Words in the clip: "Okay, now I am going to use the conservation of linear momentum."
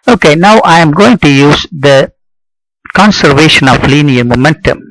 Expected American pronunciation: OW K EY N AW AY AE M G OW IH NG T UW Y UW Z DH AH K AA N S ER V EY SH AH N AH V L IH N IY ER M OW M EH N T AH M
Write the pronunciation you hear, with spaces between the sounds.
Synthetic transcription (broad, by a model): OW K EY N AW AY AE M G OW IH NG T UW Y UW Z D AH K AA N S ER V EY SH AH N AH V L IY N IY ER M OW M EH N T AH M